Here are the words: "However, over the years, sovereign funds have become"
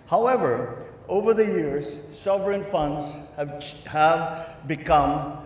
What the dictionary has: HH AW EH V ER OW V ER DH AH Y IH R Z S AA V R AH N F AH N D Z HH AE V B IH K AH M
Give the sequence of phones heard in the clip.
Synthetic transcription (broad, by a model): HH AW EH V ER OW V ER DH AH Y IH R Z S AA V R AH N F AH N D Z HH AE V B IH K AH M